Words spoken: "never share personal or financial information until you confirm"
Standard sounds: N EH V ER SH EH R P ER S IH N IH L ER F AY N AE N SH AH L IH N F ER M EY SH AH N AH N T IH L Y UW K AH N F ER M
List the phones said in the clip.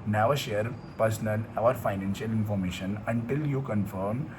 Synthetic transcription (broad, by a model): N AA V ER SH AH R P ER S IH L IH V ER F AY N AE N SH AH L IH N F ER M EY SH AH N AH N T IH L Y UW K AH N F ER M